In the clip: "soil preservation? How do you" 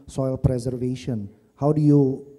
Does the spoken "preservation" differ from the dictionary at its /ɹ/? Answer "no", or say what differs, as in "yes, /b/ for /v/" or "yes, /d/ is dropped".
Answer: no